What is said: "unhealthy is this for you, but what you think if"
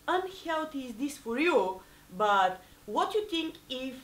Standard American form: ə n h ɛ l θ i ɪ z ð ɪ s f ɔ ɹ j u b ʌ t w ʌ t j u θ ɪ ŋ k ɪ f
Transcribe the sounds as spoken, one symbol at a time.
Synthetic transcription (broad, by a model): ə n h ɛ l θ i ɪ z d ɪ s f ɔ ɹ j u b ʌ t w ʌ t j u t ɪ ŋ k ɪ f